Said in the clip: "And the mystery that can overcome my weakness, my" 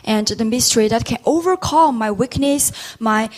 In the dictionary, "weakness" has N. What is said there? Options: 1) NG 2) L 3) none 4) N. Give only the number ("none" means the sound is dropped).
4